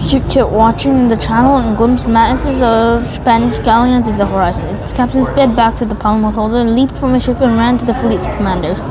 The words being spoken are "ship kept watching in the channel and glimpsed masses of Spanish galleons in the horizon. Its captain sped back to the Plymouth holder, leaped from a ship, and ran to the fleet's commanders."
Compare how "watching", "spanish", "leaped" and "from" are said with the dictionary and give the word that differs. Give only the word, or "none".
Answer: none